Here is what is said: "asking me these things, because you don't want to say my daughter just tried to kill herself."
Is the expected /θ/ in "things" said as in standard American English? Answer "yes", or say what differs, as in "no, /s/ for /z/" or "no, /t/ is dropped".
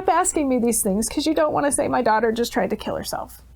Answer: yes